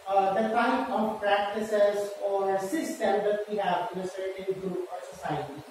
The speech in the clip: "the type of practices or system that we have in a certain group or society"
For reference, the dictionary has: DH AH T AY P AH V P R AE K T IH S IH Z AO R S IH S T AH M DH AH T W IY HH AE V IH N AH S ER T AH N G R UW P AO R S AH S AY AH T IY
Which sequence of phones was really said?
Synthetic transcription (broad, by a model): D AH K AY AH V P R AE K T IH S IH Z AO R S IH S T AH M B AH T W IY HH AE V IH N AH S ER T AH N G R UW P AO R S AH S AY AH T IY